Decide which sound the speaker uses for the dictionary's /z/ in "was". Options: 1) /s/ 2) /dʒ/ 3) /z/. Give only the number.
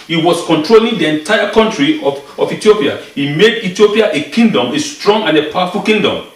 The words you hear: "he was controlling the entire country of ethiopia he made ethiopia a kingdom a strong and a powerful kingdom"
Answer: 1